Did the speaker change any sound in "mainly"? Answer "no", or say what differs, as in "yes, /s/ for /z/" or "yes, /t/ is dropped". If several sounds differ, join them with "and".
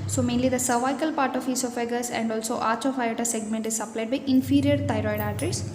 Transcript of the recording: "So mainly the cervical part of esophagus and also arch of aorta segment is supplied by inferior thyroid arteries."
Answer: no